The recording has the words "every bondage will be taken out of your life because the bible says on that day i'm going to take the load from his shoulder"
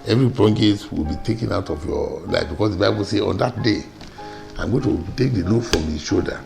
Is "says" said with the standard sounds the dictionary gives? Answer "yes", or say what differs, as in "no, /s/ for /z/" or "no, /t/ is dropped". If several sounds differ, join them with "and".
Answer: no, /z/ is dropped